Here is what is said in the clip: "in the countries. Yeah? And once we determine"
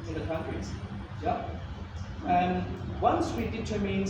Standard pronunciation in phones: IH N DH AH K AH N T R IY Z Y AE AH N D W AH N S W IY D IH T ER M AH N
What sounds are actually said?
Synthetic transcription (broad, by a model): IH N DH AH K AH N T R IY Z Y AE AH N W AH N S W IY D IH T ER M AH N